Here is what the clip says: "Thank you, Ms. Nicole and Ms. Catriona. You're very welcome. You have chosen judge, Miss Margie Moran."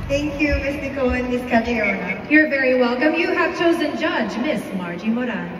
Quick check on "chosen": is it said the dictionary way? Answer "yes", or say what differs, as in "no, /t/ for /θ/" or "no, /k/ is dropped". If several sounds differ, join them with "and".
yes